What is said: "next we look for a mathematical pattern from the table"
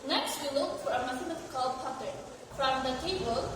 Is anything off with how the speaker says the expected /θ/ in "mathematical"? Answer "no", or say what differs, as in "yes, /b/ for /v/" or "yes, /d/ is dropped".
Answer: yes, /s/ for /θ/